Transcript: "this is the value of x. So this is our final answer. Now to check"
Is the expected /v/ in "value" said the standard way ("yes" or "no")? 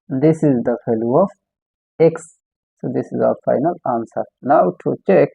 no